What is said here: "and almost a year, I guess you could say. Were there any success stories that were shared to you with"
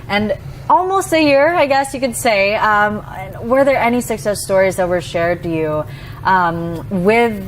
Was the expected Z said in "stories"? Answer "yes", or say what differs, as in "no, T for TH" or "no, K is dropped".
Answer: yes